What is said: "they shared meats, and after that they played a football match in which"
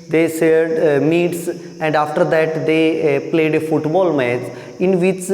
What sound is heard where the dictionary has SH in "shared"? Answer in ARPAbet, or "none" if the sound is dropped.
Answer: S